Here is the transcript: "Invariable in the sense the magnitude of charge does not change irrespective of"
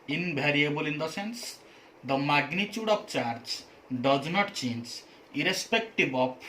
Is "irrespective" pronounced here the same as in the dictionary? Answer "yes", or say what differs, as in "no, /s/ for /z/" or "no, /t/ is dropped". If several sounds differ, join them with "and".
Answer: no, /b/ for /v/